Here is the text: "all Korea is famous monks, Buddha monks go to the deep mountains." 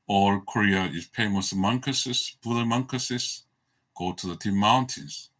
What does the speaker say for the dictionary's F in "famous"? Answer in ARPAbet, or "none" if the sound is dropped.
P